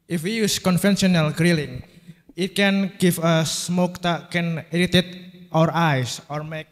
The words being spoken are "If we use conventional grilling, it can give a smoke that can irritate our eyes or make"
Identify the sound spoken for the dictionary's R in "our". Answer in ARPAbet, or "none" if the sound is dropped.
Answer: R